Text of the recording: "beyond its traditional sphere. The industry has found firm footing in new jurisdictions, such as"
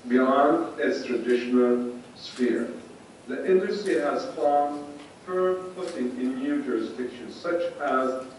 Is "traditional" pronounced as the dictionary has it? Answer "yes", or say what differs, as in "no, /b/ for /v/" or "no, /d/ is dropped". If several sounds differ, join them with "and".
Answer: yes